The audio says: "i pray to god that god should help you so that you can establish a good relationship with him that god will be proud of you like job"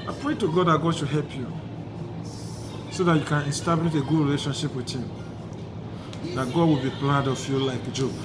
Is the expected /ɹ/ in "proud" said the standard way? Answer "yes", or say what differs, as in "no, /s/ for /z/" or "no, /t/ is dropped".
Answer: no, /l/ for /ɹ/